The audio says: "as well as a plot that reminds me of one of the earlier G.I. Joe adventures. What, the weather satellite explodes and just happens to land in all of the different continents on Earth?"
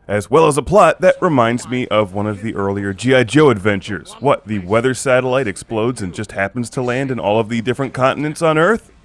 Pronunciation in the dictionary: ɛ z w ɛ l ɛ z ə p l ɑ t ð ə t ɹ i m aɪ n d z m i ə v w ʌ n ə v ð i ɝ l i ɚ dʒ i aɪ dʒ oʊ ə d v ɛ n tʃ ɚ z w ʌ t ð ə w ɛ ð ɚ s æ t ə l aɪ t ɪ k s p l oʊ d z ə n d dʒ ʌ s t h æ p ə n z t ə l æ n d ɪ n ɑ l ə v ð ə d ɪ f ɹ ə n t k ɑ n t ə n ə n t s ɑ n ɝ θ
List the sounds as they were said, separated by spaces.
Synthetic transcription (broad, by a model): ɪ z w ɛ l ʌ z ə p l ɑ t ð ə t ɹ i m aɪ n d z m i ə v w ʌ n ə v ð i ɝ l i ɚ dʒ i aɪ dʒ oʊ ə d v ɛ n tʃ ɚ z w ʌ t ð ə w ɛ ð ɚ s æ t ə l aɪ t ɪ k s p l oʊ d z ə n dʒ ʌ s t h æ p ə n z t ə l æ n d ɪ n ɑ l ə v ð ə d ɪ f ɹ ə n k ɑ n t n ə n t s n ɝ θ